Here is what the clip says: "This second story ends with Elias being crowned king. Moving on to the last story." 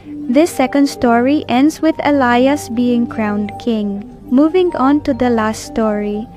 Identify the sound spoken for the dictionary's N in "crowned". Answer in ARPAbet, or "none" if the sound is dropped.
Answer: N